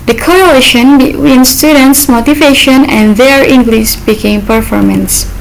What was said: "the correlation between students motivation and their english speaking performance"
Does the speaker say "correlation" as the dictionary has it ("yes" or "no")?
no